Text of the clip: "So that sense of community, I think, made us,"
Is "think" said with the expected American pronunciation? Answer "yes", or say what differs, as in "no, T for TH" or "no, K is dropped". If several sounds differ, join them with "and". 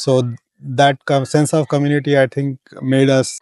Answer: no, T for TH